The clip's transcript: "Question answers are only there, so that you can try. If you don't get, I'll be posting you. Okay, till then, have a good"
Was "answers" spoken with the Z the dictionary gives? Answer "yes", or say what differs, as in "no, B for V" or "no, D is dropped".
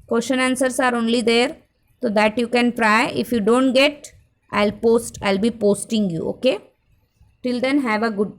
no, S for Z